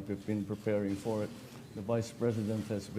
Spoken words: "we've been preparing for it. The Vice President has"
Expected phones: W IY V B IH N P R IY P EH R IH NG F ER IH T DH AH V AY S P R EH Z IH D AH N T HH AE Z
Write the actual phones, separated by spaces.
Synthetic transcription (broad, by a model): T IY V B IH N P R IY P EH R IH NG F ER IH T DH AH V AY S P R EH Z IH D AH N T HH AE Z